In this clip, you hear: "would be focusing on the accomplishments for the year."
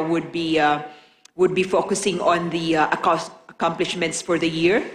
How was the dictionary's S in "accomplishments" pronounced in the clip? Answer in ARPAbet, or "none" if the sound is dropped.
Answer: S